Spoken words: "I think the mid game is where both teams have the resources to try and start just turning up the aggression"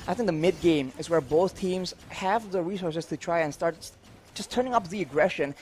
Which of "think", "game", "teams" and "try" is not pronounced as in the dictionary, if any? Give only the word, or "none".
none